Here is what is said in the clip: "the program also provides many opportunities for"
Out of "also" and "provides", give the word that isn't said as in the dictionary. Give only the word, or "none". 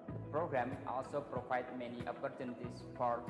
provides